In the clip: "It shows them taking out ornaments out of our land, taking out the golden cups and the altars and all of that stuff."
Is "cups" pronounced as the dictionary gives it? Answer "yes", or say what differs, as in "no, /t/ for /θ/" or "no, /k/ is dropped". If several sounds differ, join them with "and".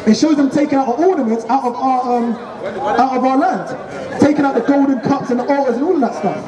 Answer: yes